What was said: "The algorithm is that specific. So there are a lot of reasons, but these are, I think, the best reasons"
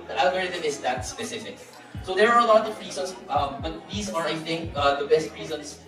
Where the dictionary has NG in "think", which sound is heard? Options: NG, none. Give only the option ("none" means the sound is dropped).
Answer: NG